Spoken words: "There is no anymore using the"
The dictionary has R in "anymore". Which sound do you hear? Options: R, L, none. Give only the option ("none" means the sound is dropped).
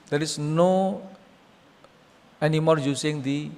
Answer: R